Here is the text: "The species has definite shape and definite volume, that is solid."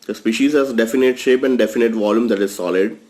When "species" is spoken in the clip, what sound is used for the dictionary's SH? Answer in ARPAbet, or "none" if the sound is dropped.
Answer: SH